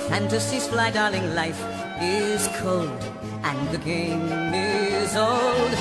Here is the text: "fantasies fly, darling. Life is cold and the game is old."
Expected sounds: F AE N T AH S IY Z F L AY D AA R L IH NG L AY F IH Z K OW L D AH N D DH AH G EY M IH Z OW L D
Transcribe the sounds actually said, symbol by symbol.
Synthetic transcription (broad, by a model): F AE N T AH S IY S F L AY D AA R L IH NG L AY F IH Z K OW L D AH N DH AH G EY M IH Z OW L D